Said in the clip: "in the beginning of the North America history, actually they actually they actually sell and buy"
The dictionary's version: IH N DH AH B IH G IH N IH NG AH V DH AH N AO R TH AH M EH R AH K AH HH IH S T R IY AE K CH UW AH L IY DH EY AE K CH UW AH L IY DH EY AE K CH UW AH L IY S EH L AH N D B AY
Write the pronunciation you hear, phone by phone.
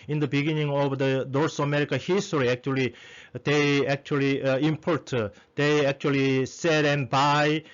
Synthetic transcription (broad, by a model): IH N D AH B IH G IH N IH NG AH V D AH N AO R S AH M EH R AH K AH HH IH S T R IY AE K CH UW AH L IY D EY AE K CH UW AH L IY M EY AE K CH UW AH L IY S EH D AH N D B AY